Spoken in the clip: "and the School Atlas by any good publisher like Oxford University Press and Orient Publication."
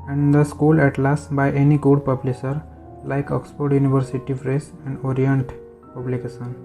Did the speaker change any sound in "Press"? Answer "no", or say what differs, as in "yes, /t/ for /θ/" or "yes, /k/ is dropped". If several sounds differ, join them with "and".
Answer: yes, /f/ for /p/